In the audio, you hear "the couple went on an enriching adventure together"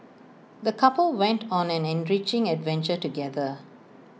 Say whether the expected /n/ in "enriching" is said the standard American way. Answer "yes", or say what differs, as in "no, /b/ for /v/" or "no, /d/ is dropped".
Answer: yes